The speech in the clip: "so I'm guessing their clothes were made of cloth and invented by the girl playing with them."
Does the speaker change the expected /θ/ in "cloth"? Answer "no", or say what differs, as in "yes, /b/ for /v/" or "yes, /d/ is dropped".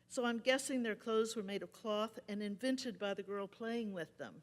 no